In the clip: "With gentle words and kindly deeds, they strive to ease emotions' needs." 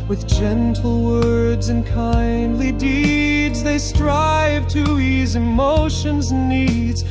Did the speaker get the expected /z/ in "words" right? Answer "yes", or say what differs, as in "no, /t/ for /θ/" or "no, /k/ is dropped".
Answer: yes